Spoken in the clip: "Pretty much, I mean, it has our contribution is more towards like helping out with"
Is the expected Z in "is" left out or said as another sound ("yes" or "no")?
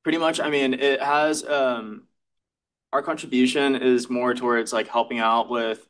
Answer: no